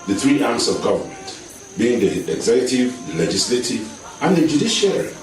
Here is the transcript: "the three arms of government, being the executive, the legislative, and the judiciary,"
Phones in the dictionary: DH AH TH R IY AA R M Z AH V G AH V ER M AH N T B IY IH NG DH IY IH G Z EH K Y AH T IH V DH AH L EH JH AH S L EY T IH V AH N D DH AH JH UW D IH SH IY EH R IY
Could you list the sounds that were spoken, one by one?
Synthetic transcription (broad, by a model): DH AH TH R IY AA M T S AH V G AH V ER M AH N T B IY IH NG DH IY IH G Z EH K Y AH T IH V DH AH L EH JH AH S L EY T IH V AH N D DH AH JH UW D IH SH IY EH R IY